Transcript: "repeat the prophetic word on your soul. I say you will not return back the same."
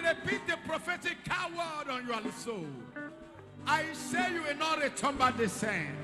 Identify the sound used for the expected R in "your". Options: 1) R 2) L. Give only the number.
2